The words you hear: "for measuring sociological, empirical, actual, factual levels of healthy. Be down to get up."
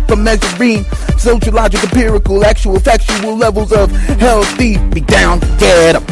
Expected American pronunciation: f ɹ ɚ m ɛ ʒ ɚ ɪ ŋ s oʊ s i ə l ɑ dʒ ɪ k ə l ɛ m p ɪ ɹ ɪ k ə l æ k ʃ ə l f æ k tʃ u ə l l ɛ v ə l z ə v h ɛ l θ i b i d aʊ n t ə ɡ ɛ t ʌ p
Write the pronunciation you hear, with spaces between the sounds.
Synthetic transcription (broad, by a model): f ɹ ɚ m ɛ z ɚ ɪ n s oʊ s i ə l ɑ dʒ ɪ k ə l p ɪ ɹ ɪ k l æ k ʃ ə l f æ k ʃ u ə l l ɛ v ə l z ə v h ɛ l θ i b i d aʊ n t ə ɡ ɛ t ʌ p